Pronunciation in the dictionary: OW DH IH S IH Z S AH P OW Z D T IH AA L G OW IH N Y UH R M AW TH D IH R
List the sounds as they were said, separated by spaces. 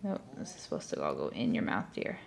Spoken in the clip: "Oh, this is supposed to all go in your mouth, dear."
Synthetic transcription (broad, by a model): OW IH IH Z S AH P OW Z T IH AA L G OW IH N Y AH R M AW TH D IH R